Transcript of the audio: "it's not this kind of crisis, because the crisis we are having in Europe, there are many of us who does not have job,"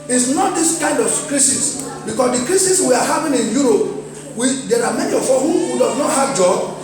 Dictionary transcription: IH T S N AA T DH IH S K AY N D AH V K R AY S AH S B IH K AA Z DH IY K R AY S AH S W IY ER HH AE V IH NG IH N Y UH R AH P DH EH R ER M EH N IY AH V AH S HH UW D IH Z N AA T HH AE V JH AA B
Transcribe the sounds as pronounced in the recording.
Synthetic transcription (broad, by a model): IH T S N AA T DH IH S K AY N D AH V K R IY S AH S B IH K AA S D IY K R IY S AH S W IY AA HH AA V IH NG IH N Y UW R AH P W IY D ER M EH N IY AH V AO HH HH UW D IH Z N AA T HH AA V JH AA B